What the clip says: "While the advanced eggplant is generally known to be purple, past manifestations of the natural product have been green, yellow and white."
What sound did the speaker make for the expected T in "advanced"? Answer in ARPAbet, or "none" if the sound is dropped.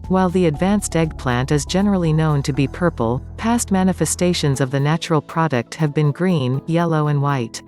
T